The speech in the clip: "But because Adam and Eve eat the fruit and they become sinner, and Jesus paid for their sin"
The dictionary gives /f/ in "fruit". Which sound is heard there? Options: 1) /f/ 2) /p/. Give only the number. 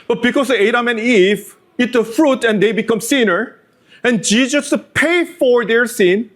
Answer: 1